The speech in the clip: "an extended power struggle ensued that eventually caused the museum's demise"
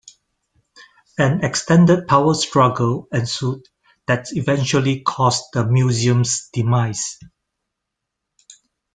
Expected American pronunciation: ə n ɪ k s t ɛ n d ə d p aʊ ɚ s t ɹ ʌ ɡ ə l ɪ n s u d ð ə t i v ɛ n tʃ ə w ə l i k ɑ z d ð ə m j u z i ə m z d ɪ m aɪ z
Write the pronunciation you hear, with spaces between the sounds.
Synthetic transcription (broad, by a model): ə n ɪ k s t ɛ n d ə d p aʊ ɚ s t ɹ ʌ ɡ ə l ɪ n s u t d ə t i v ɛ n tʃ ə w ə l i k ɑ s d ə m j u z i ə m s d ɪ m aɪ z